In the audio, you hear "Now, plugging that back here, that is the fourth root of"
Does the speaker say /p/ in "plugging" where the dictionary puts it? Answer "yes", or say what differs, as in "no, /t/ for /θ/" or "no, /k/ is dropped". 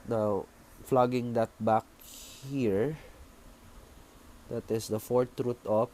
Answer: no, /f/ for /p/